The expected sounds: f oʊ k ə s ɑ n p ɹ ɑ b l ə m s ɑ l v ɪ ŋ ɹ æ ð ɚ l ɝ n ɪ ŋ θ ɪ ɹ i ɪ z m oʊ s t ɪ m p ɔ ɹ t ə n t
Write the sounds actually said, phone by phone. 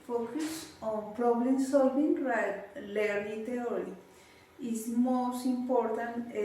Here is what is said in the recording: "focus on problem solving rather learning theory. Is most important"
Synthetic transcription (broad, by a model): f oʊ k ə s ɑ n p ɹ ɑ b l ə m s ɑ l v ɪ ŋ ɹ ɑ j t l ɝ l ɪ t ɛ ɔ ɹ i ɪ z m oʊ s t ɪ m p ɔ ɹ t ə n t